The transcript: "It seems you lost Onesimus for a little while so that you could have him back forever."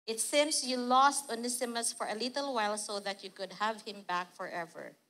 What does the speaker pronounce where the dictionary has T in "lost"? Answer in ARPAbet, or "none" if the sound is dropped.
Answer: T